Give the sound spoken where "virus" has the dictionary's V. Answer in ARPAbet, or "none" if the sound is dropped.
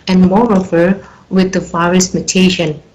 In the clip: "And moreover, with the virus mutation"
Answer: F